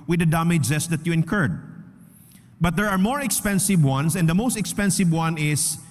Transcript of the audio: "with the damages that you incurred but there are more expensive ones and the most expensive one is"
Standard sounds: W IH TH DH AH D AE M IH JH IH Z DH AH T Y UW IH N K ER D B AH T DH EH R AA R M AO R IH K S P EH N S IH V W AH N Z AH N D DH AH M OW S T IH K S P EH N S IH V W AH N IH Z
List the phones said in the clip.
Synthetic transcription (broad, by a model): W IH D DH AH D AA M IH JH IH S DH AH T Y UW IH N K ER D B AH T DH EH R AA R M AO R IH K S P EH N S IH V W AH N S AH N D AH M OW S T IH K S P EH N S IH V W AH N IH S